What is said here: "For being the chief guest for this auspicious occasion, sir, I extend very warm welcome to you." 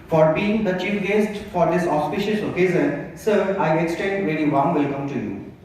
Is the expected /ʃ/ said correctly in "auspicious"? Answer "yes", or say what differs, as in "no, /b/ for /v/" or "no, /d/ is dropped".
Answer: yes